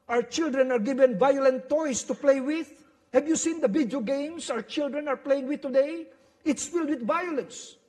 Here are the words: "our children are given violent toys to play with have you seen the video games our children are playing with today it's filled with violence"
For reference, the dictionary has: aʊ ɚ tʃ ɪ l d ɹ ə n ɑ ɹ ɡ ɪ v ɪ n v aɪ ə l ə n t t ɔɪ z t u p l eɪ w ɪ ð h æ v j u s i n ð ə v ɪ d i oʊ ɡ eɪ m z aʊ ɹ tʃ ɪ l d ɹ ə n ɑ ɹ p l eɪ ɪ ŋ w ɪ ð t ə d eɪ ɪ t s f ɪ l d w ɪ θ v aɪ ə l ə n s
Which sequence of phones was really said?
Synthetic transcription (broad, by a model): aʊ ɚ tʃ ɪ l d ɹ ə n ɑ ɹ ɡ ɪ v ɪ n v aɪ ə l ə n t t ɔɪ s t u p l eɪ w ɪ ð h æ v j u s i n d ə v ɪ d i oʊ ɡ eɪ m s aʊ ɹ tʃ ɪ l d ɹ ə n ɑ ɹ p l eɪ ɪ ŋ w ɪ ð t ə d eɪ ɪ t s f ɪ l d w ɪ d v aɪ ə l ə n s